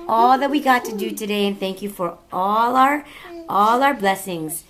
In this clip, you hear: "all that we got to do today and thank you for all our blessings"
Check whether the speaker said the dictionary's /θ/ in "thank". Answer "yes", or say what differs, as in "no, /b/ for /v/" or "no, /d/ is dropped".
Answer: yes